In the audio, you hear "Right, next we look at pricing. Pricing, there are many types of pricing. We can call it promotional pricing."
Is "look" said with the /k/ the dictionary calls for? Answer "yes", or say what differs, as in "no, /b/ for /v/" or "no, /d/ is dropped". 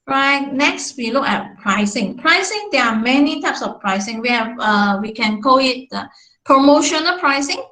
yes